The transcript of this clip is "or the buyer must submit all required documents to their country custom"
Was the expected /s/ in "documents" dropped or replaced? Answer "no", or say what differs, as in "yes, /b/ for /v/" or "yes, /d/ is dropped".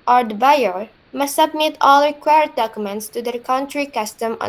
no